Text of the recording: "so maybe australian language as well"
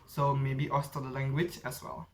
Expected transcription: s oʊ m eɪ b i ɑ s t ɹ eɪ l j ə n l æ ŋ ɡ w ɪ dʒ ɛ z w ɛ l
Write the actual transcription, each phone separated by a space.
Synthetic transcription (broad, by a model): s oʊ m eɪ b i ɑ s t ʌ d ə l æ ŋ ɡ w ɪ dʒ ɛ s w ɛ l